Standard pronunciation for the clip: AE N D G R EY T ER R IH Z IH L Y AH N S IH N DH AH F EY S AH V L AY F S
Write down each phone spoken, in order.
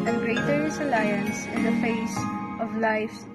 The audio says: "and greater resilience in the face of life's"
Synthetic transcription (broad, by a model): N G R EY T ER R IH S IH L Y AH N S IH N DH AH F EY S AH V L AY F